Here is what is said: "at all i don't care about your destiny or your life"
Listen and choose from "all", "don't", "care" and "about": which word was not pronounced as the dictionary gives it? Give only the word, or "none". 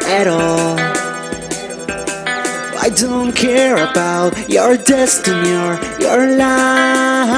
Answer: none